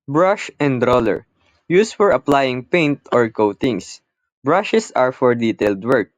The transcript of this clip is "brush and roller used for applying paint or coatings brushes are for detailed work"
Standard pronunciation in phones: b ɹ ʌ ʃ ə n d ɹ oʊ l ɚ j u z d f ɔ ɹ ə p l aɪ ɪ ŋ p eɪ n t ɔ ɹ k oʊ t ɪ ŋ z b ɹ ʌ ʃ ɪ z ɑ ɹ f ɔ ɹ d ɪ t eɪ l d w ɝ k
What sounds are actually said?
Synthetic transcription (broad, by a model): b ɹ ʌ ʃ ə n d ɹ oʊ l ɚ j u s f ɔ ɹ ə p l aɪ ɪ ŋ p eɪ n t ɔ ɹ k oʊ t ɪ ŋ s b ɹ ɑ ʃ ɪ s ɑ ɹ f ɔ ɹ d ɪ t eɪ l d w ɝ k